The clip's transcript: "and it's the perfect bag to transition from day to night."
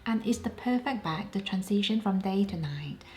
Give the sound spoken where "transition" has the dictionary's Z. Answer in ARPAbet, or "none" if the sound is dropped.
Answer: S